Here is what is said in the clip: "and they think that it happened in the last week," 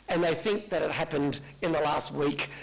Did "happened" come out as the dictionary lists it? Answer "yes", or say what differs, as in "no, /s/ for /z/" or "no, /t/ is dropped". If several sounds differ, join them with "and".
yes